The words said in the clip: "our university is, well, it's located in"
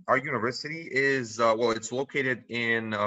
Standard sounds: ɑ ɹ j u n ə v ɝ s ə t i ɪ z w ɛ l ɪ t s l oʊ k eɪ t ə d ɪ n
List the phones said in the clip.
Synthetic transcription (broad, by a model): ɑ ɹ j u n ə v ɝ s ə t i ɪ z w ɛ l ɪ t s l oʊ k eɪ t ə d ɪ n